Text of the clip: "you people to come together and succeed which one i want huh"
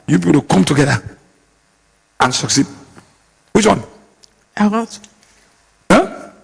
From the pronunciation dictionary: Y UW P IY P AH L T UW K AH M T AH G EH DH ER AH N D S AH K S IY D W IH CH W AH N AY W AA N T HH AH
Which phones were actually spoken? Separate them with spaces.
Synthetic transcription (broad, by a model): Y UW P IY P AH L T UW K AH M T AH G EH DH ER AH N S AH K S IY D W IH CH W AH N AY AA T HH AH